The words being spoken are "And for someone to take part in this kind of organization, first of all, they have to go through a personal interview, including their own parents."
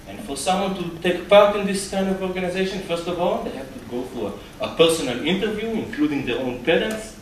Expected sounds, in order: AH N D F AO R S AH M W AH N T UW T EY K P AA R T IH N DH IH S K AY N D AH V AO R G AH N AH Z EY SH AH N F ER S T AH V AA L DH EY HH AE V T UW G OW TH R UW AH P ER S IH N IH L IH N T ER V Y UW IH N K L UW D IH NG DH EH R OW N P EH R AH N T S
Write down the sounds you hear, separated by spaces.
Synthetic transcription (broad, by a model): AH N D F AO R S AH M W AH N T UW T EY K P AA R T IH N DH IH S K AY N D AH V AO R G AH N AH Z EY SH AH N F ER S T AH V AA L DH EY HH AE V T UW G OW F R AH P ER S IH N IH L IH N T ER V Y UW IH N K L UW D IH NG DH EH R OW N P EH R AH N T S